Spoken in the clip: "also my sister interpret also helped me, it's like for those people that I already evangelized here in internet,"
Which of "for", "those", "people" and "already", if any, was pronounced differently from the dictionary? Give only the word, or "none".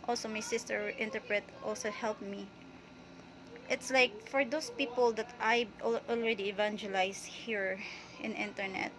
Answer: those